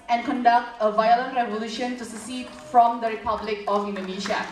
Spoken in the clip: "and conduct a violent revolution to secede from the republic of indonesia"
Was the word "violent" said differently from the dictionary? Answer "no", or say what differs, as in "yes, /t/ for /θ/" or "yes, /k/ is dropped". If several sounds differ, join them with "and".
no